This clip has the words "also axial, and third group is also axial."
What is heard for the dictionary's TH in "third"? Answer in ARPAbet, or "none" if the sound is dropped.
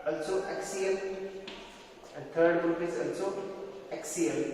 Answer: T